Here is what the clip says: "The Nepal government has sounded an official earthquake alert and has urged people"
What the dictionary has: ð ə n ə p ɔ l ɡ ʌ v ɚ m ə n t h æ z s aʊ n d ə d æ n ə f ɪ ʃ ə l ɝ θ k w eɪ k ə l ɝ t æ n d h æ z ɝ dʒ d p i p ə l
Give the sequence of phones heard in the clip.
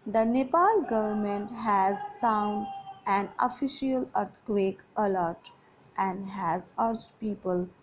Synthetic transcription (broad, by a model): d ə n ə p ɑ l ɡ ʌ v ɚ m ə n t h æ z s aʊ n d d æ n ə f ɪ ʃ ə l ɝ t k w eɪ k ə l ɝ t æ n d h æ z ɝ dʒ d p i p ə l